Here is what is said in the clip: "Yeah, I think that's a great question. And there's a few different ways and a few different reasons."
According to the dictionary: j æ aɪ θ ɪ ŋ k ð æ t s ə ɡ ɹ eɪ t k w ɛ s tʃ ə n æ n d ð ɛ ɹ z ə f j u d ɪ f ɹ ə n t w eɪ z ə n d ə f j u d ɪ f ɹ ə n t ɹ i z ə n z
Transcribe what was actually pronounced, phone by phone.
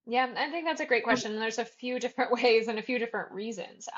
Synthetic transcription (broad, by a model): j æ aɪ θ ɪ ŋ k ð æ t s ə ɡ ɹ eɪ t k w ɛ s tʃ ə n n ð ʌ ɹ z ə f j u d ɪ f ɹ ə n t w eɪ z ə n ə f j u d ɪ f ɹ ə n t ɹ i z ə n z